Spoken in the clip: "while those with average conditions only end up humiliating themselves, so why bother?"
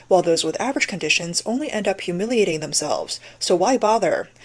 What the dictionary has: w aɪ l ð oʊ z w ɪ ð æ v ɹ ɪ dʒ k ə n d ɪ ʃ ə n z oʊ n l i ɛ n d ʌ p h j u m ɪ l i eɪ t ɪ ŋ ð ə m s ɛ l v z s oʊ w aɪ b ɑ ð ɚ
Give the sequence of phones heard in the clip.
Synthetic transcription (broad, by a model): w aɪ l ð oʊ z w ɪ ð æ v ɹ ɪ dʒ k ə n d ɪ ʃ ə n z oʊ n l i ɛ n d ʌ p h j u m ɪ l i eɪ t ɪ ŋ ð ə m s ɛ l v z s oʊ w aɪ b ɑ ð ɚ